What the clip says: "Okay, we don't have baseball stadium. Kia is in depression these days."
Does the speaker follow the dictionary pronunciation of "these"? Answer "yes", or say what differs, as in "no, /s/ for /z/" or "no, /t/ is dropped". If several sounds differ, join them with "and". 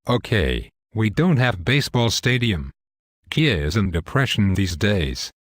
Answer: yes